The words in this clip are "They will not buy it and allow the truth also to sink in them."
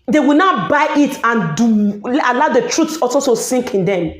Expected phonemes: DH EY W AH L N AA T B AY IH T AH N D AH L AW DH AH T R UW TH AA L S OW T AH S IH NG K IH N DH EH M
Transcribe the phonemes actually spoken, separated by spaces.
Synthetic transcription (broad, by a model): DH EY W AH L N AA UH B AY IH T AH N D AH L AW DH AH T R UW S AA L S OW T AH S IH NG K IH N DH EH M